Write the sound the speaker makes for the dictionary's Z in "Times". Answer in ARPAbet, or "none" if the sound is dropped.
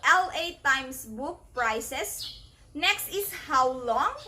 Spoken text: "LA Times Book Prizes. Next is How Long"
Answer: S